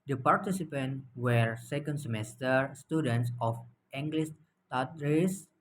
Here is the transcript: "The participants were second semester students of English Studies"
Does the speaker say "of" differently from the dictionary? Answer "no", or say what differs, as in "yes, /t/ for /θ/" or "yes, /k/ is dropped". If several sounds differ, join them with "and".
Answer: yes, /f/ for /v/